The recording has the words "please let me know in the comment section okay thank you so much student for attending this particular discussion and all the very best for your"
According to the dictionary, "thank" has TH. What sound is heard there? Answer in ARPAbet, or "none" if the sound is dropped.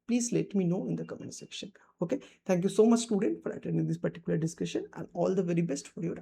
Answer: T